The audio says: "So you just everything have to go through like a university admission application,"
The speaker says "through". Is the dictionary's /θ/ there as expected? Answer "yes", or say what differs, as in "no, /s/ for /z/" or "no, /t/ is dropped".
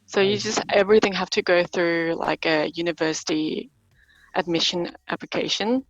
yes